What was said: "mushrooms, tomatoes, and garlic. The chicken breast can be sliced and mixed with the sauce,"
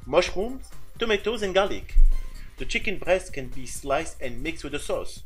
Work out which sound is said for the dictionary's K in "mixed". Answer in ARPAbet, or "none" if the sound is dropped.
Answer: K